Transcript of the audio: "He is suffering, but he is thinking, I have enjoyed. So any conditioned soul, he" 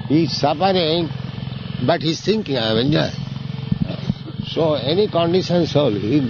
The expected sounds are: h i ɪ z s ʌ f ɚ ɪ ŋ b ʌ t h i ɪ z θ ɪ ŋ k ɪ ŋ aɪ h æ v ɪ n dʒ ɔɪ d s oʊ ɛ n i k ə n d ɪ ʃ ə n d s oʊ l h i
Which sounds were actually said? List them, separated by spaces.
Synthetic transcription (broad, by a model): h i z s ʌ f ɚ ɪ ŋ b ʌ t h i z t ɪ ŋ k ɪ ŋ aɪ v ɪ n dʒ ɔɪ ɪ s oʊ ɛ n i k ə n d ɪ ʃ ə n s oʊ l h i